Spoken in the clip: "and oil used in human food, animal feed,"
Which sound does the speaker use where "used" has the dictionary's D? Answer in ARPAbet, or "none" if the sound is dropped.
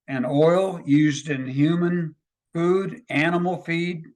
D